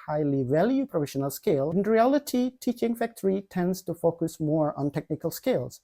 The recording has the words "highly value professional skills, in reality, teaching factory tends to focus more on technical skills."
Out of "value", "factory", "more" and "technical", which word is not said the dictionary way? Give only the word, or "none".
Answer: none